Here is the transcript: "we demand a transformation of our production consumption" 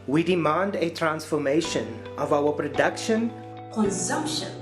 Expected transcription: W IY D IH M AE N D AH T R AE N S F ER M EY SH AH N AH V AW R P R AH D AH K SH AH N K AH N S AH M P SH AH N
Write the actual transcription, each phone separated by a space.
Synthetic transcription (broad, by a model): W IY D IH M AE N D AH T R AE N S F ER M EY SH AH N AH V AW W P R AH D AH K SH AH N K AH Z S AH M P SH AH N